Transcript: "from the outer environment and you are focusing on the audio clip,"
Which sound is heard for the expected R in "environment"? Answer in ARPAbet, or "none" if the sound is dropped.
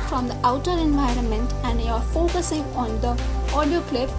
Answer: R